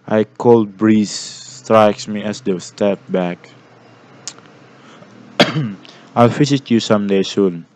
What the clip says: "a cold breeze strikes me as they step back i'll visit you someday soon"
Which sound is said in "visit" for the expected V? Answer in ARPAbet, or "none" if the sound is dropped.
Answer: F